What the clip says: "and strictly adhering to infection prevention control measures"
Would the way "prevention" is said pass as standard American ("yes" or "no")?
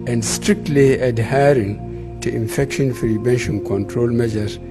no